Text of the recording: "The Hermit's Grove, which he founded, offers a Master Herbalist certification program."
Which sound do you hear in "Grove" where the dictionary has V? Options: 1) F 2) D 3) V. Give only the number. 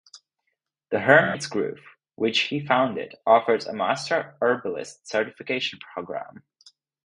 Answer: 1